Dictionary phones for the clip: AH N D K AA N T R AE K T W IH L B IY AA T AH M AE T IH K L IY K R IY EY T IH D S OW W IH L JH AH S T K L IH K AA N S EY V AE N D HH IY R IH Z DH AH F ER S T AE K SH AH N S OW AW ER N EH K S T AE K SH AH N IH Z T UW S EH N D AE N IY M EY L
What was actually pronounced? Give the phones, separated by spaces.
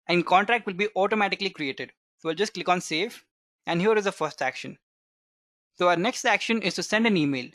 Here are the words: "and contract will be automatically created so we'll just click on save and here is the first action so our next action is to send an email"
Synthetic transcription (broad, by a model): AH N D K AA N T R AE K T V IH L B IY AA T AH M AE T IH K L IY K R IY EY T IH D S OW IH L JH AH S T K L IH K AA N S EY F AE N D HH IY R IH Z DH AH F ER S T AE K SH AH N S OW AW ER N EH K S T AE K SH AH N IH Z T UW S EH N D AE N IY M EY L